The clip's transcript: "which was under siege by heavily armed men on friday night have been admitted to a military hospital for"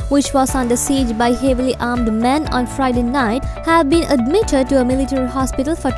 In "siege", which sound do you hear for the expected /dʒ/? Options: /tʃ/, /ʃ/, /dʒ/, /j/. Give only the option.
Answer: /dʒ/